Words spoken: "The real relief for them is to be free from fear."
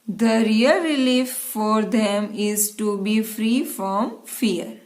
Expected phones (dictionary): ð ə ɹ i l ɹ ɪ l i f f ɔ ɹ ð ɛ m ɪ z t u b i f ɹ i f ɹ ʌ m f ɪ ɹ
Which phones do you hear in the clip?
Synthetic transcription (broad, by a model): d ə ɹ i l ɹ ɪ l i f f ɔ ɹ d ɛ m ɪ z t u b i f ɹ i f ɹ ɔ m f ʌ ɹ